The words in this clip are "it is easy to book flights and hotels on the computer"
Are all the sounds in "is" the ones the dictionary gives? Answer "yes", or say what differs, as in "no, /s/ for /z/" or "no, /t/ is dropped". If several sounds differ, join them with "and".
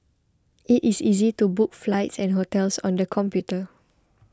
no, /s/ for /z/